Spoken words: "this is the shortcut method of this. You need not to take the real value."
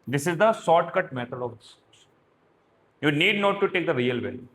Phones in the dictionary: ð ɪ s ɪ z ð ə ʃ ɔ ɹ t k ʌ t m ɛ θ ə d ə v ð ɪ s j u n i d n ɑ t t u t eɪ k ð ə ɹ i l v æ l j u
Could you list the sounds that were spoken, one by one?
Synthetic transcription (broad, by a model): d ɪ s ɪ z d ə s ɔ t k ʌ t m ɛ t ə d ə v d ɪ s j u n i d n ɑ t t u t eɪ k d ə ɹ i l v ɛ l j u